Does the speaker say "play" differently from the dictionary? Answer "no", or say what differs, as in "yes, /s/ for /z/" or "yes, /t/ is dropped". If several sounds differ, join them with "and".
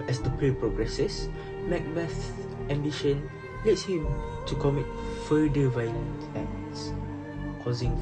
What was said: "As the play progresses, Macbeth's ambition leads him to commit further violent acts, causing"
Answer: yes, /l/ is dropped